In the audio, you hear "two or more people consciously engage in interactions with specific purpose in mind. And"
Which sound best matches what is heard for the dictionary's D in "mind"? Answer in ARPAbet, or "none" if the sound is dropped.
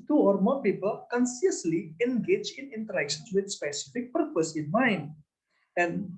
none